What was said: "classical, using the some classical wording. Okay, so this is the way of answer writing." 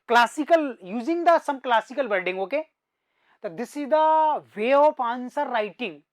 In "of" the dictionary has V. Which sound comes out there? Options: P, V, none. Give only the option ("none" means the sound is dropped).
P